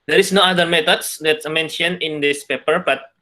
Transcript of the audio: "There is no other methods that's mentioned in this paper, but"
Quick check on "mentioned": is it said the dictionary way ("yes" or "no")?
no